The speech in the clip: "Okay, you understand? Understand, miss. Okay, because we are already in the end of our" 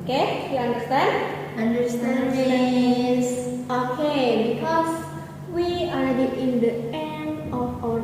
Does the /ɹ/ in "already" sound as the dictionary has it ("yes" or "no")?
no